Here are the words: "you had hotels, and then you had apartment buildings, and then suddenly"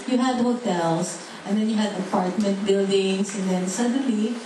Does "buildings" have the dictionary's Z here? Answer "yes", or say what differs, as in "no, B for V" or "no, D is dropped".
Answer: no, S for Z